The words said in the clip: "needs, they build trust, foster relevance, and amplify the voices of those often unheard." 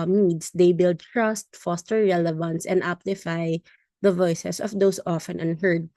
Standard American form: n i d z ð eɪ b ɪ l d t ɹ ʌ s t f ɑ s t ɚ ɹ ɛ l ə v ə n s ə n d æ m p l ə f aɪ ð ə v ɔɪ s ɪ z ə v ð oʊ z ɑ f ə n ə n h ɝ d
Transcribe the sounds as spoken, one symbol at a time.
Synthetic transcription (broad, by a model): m i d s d eɪ b ɪ l d t ɹ ʌ s t f ɑ s t ɚ ɹ ɛ l ə v ə n s ə n d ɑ p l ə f aɪ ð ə v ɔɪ s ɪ s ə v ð oʊ s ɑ f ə n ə n h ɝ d